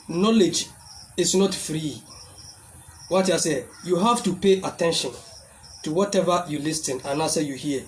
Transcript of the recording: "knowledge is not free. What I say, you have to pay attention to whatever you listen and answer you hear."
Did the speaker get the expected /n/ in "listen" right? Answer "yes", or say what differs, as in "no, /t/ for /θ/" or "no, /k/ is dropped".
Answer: yes